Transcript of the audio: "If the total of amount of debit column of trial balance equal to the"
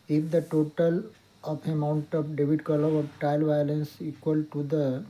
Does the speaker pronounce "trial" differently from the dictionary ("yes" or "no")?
yes